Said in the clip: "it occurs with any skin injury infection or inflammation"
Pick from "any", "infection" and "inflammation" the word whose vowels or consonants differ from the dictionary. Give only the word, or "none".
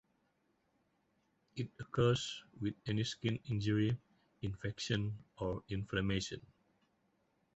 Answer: inflammation